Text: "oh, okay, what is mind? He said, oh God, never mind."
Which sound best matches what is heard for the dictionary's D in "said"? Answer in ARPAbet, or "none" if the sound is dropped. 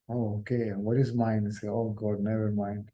none